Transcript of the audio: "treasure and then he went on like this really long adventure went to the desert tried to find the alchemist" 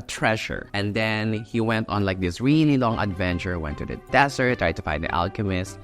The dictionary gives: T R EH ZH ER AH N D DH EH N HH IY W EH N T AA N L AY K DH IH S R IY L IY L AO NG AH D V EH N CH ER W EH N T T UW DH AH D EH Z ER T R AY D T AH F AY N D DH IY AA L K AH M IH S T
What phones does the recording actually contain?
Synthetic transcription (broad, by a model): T R EH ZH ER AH N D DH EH N HH IY W EH N T AA N L AY K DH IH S R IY N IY L AO NG AH D V EH N CH ER W EH N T T UW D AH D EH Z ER T R AY D T AH F AY N D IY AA L K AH M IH S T